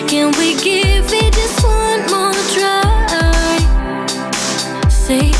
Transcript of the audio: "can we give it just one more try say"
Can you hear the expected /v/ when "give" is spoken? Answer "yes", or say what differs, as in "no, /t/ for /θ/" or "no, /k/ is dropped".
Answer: yes